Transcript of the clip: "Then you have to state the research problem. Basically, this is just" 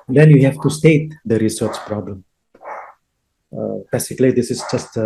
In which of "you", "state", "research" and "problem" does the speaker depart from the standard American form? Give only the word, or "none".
none